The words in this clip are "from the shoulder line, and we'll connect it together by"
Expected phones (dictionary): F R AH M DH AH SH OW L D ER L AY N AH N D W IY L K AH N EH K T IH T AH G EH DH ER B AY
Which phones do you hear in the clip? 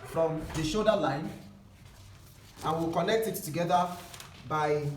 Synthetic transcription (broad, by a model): F R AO M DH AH SH OW D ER L AY N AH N W IY L K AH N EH K T IH T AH G EH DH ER B AY